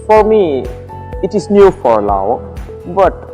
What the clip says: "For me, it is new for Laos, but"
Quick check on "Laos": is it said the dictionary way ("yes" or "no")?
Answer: no